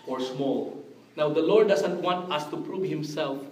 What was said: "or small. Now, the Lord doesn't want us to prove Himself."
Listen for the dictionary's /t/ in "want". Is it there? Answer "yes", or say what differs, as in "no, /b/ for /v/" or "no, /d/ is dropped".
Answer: yes